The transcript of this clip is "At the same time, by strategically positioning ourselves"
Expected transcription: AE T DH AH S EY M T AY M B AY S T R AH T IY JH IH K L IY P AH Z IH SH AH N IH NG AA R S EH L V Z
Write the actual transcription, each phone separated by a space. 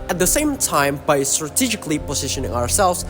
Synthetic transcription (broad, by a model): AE T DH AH S EY M T AY M B AY S T R AH T IY JH IH K L IY P AH Z IH SH AH N IH NG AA R S EH L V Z